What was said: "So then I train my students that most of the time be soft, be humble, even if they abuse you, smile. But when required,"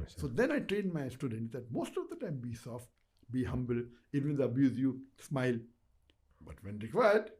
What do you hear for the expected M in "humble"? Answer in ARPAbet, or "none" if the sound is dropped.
M